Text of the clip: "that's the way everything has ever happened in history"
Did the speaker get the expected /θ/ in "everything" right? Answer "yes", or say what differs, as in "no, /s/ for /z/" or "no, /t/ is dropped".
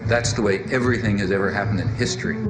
yes